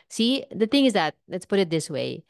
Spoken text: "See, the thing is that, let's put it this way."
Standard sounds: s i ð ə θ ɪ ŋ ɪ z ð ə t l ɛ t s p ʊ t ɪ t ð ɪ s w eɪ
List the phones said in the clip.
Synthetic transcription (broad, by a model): s i ð ə θ ɪ ŋ ɪ z ð ə t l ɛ t s p ʊ t ɪ t ð ɪ s w eɪ